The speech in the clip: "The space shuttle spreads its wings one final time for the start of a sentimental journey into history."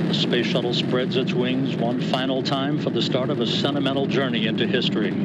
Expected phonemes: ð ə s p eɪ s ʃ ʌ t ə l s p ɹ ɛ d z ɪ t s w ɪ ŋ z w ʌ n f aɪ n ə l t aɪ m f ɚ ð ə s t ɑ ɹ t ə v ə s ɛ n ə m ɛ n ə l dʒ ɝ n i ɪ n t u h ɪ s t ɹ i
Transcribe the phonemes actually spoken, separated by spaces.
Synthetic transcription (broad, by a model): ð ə s p eɪ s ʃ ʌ t l s p ɹ ɛ d z ɪ t s w ɪ ŋ z w ʌ n f aɪ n l t aɪ m f ɚ ð ə s t ɑ ɹ t ə v ə s ɛ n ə m ɛ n l dʒ ɝ n i ɪ n t u h ɪ s t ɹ i